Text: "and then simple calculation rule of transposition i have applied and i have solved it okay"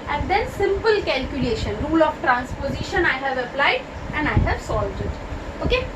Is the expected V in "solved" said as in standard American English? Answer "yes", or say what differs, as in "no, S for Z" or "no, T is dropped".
yes